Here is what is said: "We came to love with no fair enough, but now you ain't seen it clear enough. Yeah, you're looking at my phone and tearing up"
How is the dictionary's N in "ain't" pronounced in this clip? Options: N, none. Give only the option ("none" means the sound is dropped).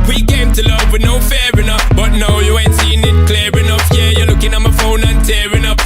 N